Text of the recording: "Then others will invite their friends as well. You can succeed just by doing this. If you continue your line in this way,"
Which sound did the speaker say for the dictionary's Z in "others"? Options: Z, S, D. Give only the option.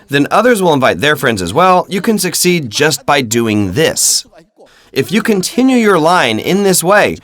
Z